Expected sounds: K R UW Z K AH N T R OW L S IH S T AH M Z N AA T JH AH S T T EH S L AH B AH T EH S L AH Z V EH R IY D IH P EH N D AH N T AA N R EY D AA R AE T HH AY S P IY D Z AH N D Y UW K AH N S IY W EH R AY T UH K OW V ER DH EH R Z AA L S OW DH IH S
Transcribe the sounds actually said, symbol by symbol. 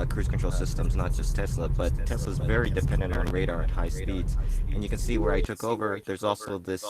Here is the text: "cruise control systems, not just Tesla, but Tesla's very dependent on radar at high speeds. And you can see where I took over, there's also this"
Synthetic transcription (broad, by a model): K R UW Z K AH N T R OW L S IH S T AH M Z N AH T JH AH S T T EH S L AH B AH T EH S L AH Z V EH R IY D IH P EH N D AH N T N R EY D AA R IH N HH AY S P IY D Z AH N Y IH K AH N S IY W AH R AY T UH K OW V ER DH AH R Z AA L S OW DH IH S